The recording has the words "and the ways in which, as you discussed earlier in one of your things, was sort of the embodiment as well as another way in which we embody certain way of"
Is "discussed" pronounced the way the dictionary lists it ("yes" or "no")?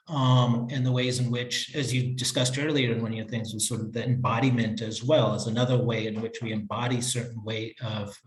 yes